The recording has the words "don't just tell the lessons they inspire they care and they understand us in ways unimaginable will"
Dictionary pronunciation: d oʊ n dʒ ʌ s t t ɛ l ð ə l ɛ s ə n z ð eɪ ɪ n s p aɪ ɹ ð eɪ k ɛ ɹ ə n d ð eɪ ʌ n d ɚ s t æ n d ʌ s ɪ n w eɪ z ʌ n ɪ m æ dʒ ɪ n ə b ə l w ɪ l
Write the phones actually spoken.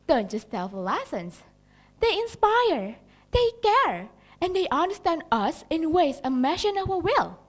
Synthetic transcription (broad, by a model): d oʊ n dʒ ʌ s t t ɛ l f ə l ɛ s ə n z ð eɪ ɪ n s p aɪ ɹ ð eɪ k ɛ ɹ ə n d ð eɪ ʌ n d ɚ s t æ n d ʌ s ɪ n w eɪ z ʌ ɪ m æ ʃ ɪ n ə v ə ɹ w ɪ l